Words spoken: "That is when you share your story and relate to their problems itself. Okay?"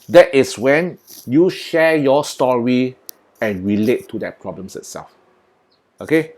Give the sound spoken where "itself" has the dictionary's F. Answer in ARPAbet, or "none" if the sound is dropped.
F